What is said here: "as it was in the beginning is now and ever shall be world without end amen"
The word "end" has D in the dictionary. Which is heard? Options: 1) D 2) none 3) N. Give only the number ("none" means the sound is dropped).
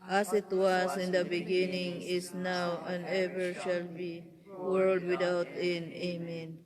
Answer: 2